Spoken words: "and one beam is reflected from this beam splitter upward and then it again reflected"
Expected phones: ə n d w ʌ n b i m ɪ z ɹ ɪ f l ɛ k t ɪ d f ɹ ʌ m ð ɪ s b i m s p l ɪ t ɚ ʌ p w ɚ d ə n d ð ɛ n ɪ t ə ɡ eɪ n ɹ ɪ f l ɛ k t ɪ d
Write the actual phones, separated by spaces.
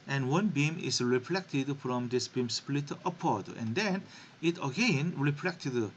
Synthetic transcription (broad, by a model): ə n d w ʌ n b i m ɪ s ɹ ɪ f l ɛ k t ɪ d f ɹ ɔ m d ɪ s b i m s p l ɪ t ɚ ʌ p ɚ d ə n d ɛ n ɪ t ə ɡ eɪ n ɹ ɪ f l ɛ k t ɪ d